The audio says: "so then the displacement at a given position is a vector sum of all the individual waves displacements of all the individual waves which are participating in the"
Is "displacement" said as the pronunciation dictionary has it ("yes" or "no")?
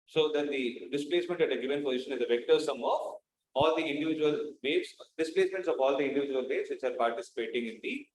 yes